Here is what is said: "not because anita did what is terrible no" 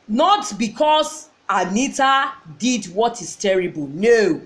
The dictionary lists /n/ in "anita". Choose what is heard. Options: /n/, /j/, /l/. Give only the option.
/n/